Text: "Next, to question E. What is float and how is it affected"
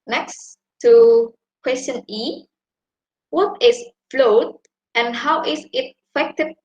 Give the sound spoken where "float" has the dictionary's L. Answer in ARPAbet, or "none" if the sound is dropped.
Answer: L